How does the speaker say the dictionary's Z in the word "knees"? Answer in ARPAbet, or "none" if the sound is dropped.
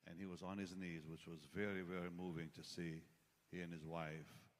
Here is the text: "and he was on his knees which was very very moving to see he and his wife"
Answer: Z